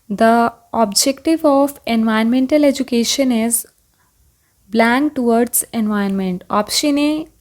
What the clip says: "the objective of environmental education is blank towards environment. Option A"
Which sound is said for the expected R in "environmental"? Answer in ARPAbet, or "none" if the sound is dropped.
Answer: none